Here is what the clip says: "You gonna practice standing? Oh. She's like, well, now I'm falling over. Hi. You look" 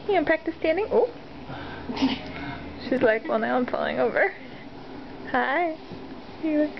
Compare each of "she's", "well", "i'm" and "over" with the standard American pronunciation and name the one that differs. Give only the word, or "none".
none